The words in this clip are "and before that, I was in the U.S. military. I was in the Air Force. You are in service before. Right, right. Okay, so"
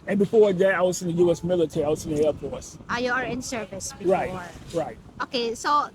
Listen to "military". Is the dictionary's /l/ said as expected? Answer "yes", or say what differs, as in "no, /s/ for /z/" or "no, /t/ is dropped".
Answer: yes